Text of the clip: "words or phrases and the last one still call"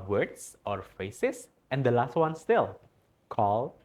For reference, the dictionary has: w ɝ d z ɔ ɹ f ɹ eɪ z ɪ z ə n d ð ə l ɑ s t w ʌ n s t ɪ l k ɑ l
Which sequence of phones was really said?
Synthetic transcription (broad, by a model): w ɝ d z ɔ ɹ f eɪ s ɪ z ə n d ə l ɑ s t w ʌ n s t ɪ l k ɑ l